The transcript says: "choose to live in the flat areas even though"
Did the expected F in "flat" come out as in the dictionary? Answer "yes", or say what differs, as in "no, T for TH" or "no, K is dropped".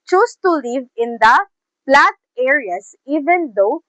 no, P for F